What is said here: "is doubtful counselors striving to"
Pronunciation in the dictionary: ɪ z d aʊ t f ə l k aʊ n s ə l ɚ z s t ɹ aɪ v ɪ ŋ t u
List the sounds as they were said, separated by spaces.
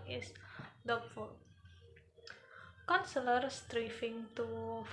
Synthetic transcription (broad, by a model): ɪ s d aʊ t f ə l k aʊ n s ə l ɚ s t ɹ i f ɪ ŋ t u